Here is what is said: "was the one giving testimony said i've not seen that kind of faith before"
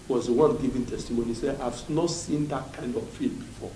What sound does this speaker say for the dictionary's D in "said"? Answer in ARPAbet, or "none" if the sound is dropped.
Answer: none